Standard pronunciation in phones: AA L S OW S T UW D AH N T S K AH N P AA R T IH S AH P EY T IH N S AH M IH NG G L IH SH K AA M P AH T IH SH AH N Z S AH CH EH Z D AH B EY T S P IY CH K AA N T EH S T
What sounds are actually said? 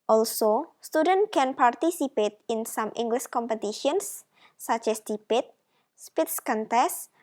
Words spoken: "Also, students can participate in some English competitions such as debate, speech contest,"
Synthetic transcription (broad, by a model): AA L S OW S T UW D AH N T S K AH N P AA R T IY S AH P EY T IH N S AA M IH NG G L IH SH K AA M P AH T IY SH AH N S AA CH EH S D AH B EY T S P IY S K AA N T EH S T